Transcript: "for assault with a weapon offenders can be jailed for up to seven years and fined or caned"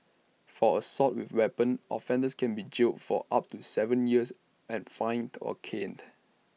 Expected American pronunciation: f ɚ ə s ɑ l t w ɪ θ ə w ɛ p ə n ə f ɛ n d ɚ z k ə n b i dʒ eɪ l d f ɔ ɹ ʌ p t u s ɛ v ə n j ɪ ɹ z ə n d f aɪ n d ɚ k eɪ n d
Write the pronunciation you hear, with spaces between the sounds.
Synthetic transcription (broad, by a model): f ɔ ə s ɑ t w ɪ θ w ɛ p ə n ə f ɛ n d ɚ s k ə n b i dʒ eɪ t f ɔ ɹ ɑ p t u s ɛ v ə n j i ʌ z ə n f aɪ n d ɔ k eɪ n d